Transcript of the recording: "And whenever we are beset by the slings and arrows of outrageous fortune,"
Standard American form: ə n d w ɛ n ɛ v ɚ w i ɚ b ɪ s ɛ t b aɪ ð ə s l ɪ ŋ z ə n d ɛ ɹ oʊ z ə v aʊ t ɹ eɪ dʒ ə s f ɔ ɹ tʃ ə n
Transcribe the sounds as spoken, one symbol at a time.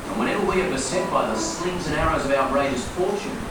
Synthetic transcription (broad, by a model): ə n w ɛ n ɛ v ɚ w i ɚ b ɪ s ɛ t b aɪ ð ə s l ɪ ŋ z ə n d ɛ ɹ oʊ z ə v aʊ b ɹ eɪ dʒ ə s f ɔ ɹ tʃ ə n